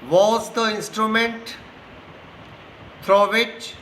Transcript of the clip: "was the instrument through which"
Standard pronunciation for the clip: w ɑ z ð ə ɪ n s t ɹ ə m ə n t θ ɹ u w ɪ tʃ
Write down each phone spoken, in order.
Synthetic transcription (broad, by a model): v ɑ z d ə ɪ n s t ɹ ə m ə n t f ɹ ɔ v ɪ tʃ